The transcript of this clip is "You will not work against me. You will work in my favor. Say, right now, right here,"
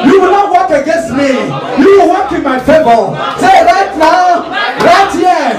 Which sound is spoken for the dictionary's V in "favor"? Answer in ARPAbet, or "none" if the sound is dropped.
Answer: B